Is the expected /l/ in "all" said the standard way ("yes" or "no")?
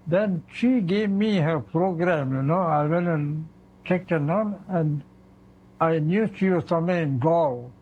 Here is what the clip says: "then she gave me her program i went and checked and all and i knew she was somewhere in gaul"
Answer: no